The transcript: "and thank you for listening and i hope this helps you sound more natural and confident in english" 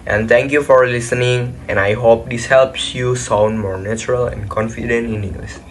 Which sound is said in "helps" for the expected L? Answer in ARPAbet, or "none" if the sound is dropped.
L